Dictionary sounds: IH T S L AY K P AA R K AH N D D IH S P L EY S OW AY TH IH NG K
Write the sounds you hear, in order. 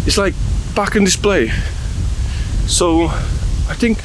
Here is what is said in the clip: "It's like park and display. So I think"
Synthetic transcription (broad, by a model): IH T S L AY K B AA K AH N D D IH S P L EY S OW AY TH IH NG K